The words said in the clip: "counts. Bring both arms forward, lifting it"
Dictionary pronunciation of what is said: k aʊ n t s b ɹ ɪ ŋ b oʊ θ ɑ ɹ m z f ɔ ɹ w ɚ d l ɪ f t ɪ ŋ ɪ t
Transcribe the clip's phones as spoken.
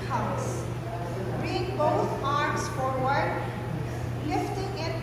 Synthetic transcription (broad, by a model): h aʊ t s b ɹ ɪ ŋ b oʊ t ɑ ɹ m s f ɔ ɹ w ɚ d l ɪ f t ɪ ŋ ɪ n